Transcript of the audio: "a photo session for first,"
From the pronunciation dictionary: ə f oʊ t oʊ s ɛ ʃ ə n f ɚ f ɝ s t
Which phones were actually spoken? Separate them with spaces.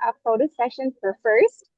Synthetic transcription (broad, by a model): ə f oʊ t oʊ s ɛ ʃ ə n f ɚ f ɝ s t